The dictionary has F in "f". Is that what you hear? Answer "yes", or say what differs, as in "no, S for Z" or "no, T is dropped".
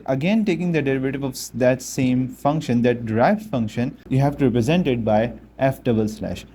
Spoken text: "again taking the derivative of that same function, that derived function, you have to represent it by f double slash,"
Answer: yes